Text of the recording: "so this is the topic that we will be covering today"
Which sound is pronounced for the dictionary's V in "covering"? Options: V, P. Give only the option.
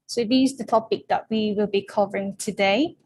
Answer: V